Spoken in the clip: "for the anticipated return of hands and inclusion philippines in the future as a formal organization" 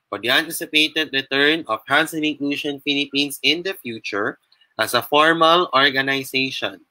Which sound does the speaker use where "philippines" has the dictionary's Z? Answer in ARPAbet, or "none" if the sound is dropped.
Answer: S